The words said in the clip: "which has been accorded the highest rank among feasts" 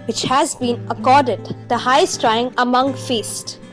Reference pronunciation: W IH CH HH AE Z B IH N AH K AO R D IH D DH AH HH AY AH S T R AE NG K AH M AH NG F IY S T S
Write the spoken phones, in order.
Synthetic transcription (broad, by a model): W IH CH HH AE Z B IH N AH K AO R D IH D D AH HH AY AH S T R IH NG AH M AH NG F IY S T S